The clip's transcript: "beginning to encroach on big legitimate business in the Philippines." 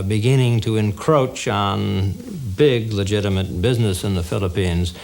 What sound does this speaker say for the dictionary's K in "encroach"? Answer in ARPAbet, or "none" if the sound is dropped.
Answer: K